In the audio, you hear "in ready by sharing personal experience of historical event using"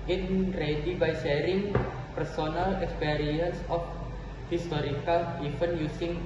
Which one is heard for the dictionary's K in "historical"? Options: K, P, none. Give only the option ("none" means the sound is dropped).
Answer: K